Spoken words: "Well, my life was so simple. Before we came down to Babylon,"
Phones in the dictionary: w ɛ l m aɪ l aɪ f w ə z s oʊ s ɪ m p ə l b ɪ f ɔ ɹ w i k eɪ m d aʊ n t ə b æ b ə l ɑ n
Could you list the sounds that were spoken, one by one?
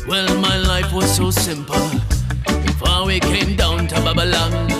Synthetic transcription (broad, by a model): w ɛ l m aɪ l aɪ f w ə z s oʊ s ɪ m p ə l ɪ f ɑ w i k eɪ m d aʊ n t ə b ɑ b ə l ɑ